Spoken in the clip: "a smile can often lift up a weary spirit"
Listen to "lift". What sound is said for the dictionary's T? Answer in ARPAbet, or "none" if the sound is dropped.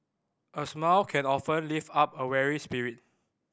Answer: none